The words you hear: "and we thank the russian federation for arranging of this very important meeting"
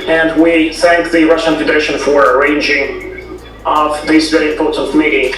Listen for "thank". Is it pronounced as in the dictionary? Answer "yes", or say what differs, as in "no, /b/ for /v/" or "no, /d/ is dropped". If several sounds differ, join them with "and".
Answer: yes